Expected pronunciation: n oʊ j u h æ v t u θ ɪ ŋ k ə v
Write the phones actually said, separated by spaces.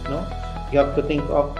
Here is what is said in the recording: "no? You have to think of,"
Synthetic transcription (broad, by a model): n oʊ j u h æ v t u t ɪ ŋ k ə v